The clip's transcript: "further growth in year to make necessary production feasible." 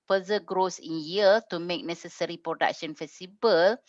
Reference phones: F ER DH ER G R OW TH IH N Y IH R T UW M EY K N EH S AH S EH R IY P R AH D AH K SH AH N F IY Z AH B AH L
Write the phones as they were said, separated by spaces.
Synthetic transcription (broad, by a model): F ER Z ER G R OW S IH N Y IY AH T UW M EY K N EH S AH S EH R IY P R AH D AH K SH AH N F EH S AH B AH L